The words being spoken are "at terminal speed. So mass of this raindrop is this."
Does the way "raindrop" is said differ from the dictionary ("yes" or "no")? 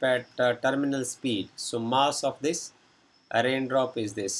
no